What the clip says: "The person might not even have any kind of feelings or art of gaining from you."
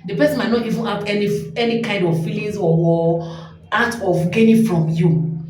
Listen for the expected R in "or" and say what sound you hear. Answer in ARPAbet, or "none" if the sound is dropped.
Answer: W